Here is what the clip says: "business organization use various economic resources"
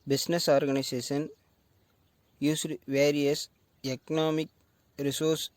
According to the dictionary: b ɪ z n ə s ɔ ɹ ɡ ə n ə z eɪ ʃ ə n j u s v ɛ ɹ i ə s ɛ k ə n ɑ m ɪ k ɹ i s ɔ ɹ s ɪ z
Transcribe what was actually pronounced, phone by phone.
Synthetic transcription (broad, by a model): b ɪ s n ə s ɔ ɹ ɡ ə n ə s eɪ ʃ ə n j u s v ɛ ɹ i ə s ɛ k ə n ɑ m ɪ k ɹ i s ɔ ɹ s